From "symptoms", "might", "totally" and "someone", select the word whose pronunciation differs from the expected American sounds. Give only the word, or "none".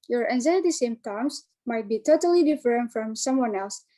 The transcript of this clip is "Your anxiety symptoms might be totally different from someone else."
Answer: symptoms